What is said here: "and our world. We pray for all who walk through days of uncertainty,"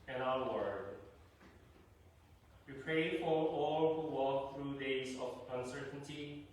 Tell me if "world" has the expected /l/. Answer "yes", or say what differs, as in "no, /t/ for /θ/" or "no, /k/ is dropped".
no, /l/ is dropped